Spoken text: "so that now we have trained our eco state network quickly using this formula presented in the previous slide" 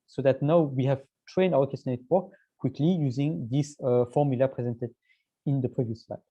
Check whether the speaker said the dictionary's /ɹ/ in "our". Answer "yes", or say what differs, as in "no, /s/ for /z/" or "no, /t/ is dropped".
no, /w/ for /ɹ/